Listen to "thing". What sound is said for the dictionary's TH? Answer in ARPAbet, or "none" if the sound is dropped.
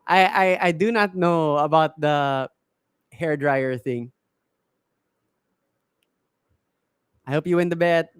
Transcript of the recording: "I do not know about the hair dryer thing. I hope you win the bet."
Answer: TH